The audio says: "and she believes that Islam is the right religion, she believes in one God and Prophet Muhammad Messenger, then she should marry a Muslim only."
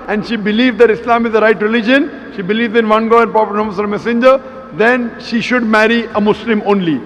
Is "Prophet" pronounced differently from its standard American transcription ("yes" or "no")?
yes